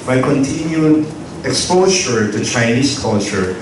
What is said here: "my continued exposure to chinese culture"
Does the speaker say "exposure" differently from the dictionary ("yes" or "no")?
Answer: yes